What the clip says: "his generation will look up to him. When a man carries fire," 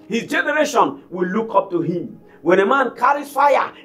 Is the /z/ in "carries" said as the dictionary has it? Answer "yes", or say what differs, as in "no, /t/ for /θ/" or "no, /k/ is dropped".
no, /z/ is dropped